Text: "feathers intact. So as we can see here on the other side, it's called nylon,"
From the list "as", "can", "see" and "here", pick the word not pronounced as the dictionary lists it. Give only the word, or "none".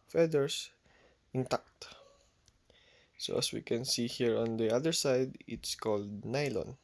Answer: as